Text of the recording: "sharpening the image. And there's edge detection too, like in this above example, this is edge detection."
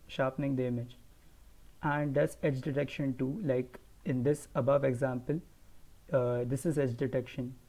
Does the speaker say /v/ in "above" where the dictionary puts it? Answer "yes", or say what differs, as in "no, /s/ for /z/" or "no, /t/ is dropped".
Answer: yes